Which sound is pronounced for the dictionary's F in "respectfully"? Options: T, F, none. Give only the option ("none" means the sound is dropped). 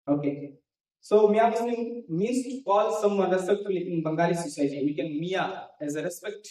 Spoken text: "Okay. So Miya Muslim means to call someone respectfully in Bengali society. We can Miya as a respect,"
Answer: none